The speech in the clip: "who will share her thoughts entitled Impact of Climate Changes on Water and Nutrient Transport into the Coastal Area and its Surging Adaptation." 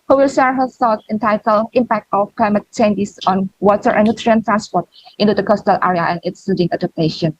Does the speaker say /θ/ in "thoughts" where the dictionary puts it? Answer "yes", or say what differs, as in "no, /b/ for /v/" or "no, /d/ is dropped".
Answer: no, /s/ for /θ/